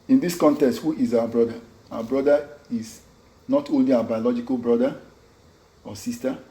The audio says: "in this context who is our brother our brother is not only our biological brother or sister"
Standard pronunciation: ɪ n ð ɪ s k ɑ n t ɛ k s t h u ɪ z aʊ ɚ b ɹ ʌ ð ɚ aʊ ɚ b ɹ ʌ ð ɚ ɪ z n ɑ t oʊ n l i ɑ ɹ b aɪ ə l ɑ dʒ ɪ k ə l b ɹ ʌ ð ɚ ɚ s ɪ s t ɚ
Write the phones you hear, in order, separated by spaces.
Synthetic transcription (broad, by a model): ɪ n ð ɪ s k ɑ n t ɛ k s t h u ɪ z aʊ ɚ b ɹ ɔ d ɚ aʊ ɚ b ɹ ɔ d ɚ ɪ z n ɑ t oʊ n l i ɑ b aɪ ə l ɑ dʒ ɪ k ə l b ɹ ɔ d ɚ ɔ s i s t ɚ